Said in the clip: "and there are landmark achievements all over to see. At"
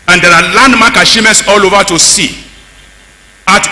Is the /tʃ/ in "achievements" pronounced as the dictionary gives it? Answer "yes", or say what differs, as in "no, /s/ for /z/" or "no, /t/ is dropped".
no, /ʃ/ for /tʃ/